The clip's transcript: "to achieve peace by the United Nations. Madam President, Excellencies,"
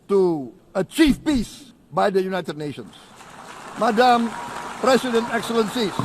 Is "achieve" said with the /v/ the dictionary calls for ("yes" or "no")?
no